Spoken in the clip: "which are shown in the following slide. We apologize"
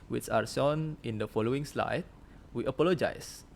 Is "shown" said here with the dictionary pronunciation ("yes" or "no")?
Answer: no